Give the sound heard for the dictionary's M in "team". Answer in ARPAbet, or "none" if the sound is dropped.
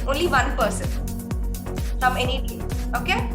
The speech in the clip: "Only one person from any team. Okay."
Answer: none